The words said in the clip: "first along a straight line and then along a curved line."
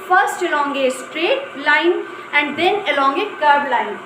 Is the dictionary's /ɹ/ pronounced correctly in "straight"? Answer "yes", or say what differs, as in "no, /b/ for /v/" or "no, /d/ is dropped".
yes